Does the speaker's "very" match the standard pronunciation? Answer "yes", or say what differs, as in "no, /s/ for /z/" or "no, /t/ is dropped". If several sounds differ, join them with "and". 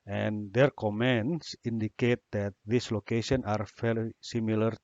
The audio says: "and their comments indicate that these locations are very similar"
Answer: no, /f/ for /v/ and /l/ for /ɹ/